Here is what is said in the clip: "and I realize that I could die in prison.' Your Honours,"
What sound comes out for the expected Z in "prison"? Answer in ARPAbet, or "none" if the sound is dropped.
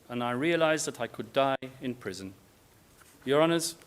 Z